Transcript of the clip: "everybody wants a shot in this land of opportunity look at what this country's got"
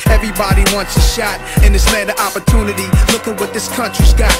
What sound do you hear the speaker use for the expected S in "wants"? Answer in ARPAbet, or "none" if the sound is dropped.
S